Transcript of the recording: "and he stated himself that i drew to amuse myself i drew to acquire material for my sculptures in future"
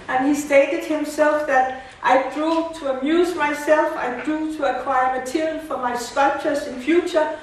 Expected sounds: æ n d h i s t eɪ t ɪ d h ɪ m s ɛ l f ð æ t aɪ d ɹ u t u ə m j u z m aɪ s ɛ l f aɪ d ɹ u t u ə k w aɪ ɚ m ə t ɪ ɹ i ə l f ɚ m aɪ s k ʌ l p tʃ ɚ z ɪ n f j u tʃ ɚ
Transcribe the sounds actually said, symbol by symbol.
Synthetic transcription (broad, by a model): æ n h i s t eɪ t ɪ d h ɪ m s ɛ l f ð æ t aɪ d ɹ u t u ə m j u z m aɪ s ɛ l f aɪ d ɹ u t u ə k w aɪ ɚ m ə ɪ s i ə n f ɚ m aɪ s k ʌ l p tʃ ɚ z ɪ n f j u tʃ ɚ